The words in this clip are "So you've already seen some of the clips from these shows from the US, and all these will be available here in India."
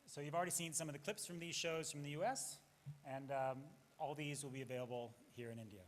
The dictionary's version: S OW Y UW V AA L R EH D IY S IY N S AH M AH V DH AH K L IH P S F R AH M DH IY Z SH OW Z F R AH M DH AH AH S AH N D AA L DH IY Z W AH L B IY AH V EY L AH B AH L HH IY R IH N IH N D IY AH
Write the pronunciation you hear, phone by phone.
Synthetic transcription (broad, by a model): S OW Y UW V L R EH D IY S IY N S AH M AH V DH AH K L IH P S F R AH M DH IY Z SH OW Z F R AH M DH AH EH S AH N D AA L DH IY Z W AH L B IY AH V EY L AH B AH L HH IY R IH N IH N D IY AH